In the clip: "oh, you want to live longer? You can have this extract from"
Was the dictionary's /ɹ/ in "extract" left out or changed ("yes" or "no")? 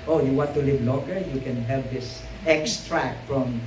no